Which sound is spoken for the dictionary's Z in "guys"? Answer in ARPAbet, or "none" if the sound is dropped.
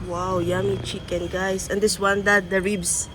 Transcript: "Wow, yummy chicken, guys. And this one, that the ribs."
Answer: S